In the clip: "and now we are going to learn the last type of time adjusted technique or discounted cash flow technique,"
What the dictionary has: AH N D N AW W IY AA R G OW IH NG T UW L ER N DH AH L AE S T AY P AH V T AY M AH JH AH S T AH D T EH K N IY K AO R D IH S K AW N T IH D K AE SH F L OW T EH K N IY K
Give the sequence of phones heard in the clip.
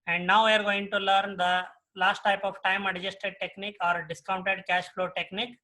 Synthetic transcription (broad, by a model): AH N D N AW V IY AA R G OW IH NG T UW L ER N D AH L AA S T AY P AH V T AY M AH JH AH S T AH D T EH K N IY K AO R D IH S K AW N T IH D K AE SH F L OW T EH K N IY K